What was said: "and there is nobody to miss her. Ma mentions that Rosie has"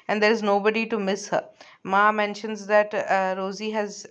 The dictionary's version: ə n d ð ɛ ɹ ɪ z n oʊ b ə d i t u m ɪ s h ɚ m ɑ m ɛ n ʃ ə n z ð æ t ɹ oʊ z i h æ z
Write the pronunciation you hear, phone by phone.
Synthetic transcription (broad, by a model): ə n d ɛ ɹ ɪ z n oʊ b ə d i t u m ɪ s h ɚ m ɑ m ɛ n ʃ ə n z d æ t ɹ oʊ z i h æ z